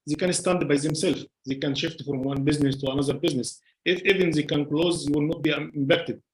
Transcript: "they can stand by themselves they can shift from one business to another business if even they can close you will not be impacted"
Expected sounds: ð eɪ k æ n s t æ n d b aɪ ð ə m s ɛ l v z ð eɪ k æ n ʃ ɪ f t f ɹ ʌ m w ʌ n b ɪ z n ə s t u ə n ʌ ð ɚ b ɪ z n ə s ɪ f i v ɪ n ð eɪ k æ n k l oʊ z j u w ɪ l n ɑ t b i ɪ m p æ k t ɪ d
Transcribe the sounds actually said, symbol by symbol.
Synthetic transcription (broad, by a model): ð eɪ k æ n s t æ n d b aɪ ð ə m s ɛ l f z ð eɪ k æ n ʃ ɪ f t f ɹ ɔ m w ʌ n b ɪ z n ə s t u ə n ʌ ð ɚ b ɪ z n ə s ɪ f i v ɪ n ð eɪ k æ n k l oʊ z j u w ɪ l n ɑ t b i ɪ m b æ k t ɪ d